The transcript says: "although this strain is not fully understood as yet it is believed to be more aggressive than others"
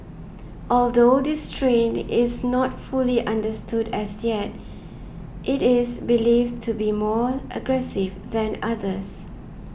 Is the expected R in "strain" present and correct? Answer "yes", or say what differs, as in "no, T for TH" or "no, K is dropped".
yes